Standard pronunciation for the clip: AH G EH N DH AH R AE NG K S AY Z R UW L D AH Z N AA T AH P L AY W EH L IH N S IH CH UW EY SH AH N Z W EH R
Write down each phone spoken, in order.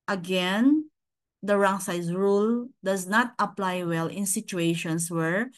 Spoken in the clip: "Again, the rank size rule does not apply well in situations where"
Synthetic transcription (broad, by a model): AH G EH N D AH R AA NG S AY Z R UW L D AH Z N AA T AH P L AY W EH L IH N S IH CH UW EY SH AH N S W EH R